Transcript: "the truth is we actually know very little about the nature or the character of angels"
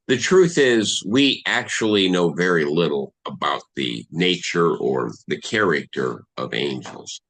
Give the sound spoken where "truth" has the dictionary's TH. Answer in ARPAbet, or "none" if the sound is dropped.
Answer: TH